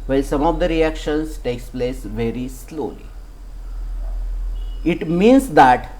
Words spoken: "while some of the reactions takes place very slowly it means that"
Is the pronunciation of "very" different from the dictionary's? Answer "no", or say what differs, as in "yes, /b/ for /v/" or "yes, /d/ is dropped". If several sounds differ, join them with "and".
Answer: no